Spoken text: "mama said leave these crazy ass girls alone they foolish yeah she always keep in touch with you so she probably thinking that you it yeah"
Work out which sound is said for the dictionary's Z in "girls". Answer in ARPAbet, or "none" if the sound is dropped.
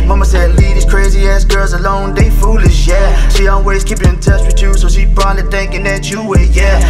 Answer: Z